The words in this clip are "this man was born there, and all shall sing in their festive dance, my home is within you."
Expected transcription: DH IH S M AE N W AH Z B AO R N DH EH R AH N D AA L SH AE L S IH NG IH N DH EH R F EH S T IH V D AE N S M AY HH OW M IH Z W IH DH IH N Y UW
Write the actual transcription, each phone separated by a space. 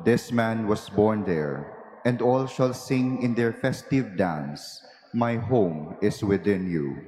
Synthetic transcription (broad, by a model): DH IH S M AE N W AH S B AO R N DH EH R AH N D AA L SH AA L S IH NG IH N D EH R F EH S T IH V D AE N S M AY HH OW M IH S W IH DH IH N Y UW